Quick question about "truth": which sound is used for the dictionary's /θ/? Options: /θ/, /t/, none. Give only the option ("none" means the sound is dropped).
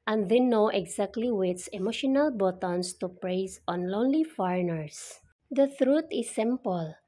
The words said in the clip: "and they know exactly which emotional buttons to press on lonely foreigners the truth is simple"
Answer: /t/